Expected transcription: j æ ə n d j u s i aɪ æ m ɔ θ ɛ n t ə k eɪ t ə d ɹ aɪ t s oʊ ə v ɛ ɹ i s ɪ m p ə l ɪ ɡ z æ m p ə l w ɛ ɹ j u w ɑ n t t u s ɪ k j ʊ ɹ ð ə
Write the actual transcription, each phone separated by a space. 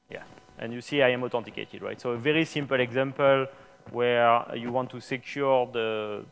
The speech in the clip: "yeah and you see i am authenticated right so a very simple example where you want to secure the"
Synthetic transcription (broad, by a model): j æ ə n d j u s i aɪ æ m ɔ t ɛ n t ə k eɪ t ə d ɹ aɪ t s oʊ ə v ɛ ɹ i s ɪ m p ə l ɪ ɡ z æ m p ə l w ɛ ɹ j u w ɑ n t t u s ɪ k j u ɹ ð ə